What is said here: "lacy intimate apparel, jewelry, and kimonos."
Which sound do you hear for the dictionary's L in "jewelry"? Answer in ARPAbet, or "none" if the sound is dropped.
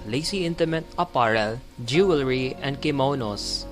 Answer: L